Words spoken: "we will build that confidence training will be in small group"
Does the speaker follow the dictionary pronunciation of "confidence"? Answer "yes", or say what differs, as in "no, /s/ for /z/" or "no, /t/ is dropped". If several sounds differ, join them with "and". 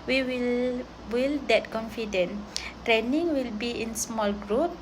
no, /s/ is dropped